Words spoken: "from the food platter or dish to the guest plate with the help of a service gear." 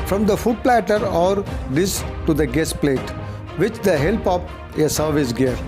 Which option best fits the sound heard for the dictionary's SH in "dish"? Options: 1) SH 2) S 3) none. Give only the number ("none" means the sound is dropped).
2